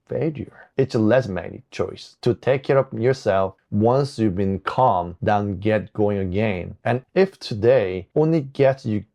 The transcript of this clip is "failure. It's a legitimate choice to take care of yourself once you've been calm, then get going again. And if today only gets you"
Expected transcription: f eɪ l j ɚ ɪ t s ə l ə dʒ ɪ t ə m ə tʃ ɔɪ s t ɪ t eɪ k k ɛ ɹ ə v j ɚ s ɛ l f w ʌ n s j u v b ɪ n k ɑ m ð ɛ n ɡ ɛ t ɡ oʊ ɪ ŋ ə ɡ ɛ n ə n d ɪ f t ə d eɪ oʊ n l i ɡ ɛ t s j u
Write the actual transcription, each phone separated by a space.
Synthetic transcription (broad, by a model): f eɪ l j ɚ ɪ t s ə l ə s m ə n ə tʃ ɔɪ s t ɪ t eɪ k k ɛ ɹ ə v j ɚ s ɛ l f w ʌ n s j u v b ɪ n k ɑ m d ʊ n ɡ ɛ t ɡ oʊ ɪ ŋ ə ɡ ɛ n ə n ɪ f t ə d eɪ oʊ n l i ɡ ɛ t s j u